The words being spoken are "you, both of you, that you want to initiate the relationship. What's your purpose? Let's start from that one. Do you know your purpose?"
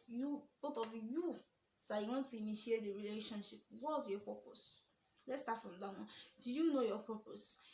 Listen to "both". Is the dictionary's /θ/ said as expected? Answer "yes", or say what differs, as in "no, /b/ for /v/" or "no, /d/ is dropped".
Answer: no, /t/ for /θ/